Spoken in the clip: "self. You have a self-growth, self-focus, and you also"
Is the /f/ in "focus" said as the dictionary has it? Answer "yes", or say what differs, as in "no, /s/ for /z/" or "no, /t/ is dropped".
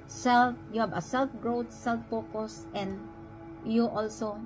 no, /p/ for /f/